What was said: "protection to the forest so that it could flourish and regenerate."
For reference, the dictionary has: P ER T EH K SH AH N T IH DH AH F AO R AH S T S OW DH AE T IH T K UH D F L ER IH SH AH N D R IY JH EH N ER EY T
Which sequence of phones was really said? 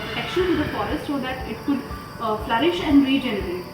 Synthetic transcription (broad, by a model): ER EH K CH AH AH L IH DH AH F AO R AH S T SH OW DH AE T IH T K UH D F L ER IH SH AH N D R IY JH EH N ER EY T